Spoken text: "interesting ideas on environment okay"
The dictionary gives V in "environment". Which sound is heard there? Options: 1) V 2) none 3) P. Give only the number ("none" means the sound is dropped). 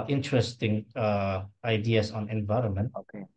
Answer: 1